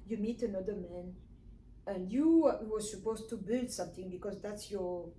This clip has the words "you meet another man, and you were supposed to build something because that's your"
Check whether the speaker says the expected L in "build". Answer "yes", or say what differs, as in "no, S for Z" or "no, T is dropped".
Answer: yes